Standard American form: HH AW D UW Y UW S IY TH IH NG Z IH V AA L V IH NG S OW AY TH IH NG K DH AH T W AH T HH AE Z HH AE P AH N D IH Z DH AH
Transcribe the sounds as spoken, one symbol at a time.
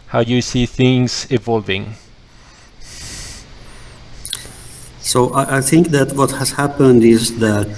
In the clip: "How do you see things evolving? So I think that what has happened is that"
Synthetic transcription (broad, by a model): HH AW Y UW S IY TH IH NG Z IH V AA L V IH NG S OW AY TH IH NG K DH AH T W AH T HH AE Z HH AE P AH N D IH Z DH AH